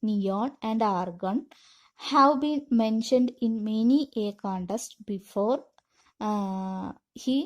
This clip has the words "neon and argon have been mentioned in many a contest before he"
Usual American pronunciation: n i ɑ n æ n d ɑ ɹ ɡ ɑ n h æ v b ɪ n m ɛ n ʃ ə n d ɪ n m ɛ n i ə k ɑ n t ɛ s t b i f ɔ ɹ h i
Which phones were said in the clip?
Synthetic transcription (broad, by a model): n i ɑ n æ n d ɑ ɹ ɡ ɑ n h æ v b ɪ n m ɛ n ʃ ə n d ɪ n m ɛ n i ə k ɑ n t ɛ s t b i f ɔ ɹ h i